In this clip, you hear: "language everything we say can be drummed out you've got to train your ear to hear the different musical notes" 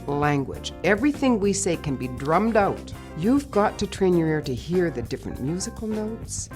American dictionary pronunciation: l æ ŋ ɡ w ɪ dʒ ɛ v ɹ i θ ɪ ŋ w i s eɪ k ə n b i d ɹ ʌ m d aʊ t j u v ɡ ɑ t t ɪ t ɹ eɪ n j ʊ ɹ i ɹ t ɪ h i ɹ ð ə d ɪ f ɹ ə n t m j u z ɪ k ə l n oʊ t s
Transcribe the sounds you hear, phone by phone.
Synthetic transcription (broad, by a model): l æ ŋ ɡ w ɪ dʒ ɛ v ɹ i θ ɪ ŋ w i s eɪ k ə n b i d ɹ ʌ m d aʊ t j u v ɡ ɑ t t ɪ t ɹ eɪ n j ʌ ɹ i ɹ t ɪ h i ɹ ð ə d ɪ f ɹ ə n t m j u z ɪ k l n oʊ t s